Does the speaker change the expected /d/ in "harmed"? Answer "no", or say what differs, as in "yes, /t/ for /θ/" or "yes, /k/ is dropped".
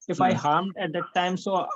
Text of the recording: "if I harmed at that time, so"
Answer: no